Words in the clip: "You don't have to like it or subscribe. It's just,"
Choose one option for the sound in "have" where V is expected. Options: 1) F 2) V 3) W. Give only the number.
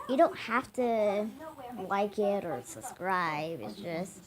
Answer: 1